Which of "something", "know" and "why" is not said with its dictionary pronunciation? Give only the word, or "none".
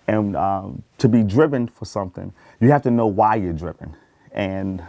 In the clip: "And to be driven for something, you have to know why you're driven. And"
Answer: none